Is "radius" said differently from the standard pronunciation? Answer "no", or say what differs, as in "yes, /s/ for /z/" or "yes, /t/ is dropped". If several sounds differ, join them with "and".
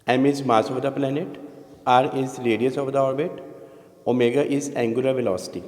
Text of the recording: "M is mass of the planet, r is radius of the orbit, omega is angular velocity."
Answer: yes, /l/ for /ɹ/